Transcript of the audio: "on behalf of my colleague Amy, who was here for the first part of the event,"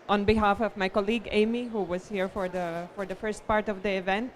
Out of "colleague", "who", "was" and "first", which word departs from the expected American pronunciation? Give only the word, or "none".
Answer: none